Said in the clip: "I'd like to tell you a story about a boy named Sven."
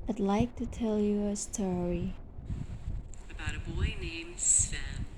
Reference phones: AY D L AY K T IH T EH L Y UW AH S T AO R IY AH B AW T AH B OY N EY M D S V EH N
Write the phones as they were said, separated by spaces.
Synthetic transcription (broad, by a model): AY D L AY K T IH T EH L Y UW AH S T AO R IY AH B AW T AH B OY N EY M D S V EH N